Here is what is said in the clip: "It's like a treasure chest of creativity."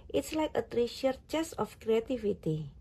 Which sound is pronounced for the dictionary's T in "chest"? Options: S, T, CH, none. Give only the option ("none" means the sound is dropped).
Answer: none